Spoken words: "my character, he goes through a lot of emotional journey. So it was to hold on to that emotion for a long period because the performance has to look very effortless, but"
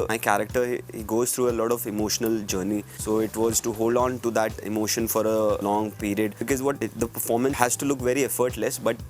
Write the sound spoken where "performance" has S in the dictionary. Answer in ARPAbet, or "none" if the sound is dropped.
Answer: none